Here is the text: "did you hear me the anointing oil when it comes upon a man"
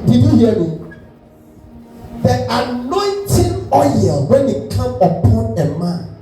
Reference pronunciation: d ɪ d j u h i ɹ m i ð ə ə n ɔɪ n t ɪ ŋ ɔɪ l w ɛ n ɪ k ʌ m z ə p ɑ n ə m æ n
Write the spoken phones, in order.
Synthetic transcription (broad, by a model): d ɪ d j u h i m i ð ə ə n ɔɪ n t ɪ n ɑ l w ɛ n ɪ k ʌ m ə p ɑ n ə m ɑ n